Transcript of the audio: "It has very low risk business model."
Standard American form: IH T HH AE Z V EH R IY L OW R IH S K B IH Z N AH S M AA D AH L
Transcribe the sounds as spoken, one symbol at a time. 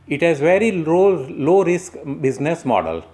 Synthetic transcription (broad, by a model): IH T HH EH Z V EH R IY L OW R IH S K B IH Z N AH S M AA D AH L